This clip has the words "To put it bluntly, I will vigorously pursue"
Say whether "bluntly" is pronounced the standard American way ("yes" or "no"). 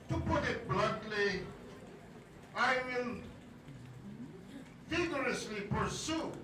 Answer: no